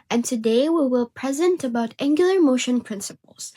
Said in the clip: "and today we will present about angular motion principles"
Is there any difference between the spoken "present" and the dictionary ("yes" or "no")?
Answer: no